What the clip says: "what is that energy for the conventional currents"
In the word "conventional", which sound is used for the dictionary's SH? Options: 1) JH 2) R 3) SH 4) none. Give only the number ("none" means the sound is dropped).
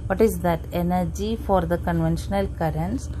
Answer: 3